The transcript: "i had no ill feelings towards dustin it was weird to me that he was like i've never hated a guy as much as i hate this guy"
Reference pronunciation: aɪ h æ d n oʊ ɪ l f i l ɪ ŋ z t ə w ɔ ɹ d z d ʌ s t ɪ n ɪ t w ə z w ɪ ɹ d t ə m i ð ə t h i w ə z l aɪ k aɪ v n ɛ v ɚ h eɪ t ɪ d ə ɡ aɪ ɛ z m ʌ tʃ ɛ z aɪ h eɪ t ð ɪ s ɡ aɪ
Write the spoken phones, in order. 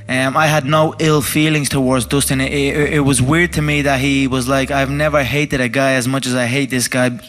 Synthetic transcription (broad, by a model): aɪ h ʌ d n oʊ ɪ l f i l ɪ ŋ z t ə w ɔ ɹ d z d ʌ s t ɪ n ɪ t w ə z w ɪ ɹ d t ə m i ð ə t h i w ə z l aɪ k aɪ v n ɛ v ɚ h eɪ t ɪ d ə ɡ aɪ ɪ z m ʌ tʃ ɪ z aɪ h eɪ t ð ɪ s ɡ aɪ